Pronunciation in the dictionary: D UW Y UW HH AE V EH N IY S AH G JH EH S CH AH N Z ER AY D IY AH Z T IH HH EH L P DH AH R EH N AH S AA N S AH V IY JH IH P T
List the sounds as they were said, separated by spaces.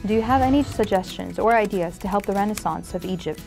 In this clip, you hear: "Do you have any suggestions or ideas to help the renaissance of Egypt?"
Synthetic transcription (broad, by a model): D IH Y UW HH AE V EH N IY S AH G JH EH S CH AH N Z ER AY D IY AH Z T IH HH EH L P DH AH R EH N AH S AA N S AH V IY JH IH P T